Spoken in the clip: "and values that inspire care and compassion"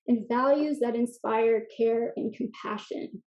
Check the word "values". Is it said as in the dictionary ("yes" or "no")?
yes